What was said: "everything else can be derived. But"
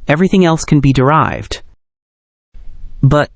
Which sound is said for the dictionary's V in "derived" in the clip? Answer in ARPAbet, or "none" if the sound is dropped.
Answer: V